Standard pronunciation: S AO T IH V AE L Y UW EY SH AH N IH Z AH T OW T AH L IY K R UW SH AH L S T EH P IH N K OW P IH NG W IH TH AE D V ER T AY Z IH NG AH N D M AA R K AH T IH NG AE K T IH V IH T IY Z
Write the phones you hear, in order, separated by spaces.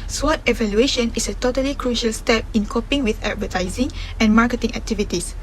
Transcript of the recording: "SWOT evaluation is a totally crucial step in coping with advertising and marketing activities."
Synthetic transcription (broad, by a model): S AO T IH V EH L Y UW EY SH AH N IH S AH T OW T AH L IY K R UW SH AH L S T EH P IH N K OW P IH NG W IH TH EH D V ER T AY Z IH NG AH N M AA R K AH T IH NG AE K T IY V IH T IY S